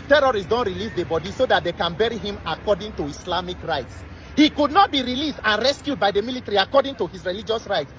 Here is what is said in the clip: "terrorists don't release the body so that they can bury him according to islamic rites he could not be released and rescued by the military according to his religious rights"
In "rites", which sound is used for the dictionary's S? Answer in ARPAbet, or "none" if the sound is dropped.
S